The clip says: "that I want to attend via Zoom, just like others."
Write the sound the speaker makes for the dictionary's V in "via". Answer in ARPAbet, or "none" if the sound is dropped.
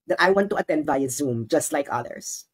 B